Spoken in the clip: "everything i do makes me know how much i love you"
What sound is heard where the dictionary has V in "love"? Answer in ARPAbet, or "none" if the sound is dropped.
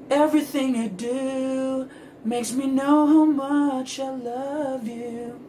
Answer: V